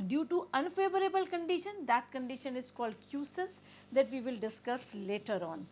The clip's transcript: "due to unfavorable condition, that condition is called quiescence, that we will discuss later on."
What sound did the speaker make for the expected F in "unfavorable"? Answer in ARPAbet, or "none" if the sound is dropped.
F